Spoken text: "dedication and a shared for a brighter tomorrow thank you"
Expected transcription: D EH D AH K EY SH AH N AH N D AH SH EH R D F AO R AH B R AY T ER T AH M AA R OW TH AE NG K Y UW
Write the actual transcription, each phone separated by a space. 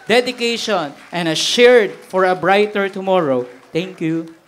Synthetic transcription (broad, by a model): D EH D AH K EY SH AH N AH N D AH SH EH R D F AO R AH B R AY T ER T AH M AA R OW T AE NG K Y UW